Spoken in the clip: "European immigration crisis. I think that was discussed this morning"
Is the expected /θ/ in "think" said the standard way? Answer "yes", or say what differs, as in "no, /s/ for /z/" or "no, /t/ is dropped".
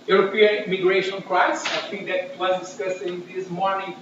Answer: no, /t/ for /θ/